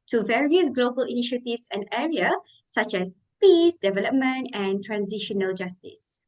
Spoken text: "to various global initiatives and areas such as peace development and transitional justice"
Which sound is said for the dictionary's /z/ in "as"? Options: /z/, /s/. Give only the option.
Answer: /s/